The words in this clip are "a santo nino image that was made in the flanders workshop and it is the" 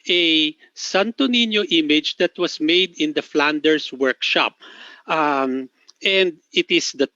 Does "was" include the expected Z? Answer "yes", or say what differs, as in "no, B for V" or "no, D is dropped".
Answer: no, S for Z